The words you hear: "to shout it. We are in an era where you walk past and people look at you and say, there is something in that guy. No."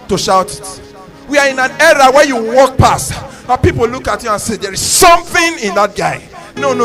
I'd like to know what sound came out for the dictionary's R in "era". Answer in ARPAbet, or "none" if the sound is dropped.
R